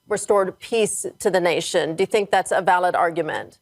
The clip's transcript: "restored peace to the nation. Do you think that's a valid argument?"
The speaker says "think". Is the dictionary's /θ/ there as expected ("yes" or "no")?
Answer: yes